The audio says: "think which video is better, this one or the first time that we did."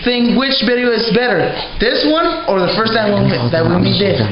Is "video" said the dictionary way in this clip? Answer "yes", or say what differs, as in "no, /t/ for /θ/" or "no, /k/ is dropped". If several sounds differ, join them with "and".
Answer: no, /b/ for /v/